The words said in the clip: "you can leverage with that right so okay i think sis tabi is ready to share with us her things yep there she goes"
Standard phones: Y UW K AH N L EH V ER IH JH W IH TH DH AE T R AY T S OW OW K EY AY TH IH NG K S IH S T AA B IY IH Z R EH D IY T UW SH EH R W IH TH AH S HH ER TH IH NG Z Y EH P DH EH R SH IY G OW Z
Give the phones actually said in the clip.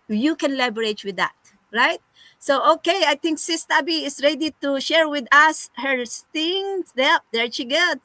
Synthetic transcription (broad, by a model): Y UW K AH N L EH B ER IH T W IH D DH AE T R AY T S OW OW K EY AY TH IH NG K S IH S T AA B IY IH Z R EH D IY T UW SH EH R W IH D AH S HH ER T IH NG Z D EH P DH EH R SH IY G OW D